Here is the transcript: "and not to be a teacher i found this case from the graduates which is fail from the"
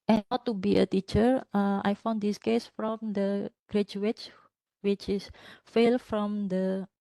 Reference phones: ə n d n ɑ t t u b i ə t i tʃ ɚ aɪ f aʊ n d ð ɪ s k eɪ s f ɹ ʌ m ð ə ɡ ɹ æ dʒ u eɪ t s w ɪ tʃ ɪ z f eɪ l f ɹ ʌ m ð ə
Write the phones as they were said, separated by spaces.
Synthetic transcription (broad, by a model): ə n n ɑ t t u b i ə t i tʃ ɚ aɪ f aʊ n d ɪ s k eɪ s f ɹ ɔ m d ə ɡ ɹ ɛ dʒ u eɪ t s w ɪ tʃ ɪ s f eɪ l f ɹ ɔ m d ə